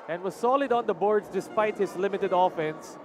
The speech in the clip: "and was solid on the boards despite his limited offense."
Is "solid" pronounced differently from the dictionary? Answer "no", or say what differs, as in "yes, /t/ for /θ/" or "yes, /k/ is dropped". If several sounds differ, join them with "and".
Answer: no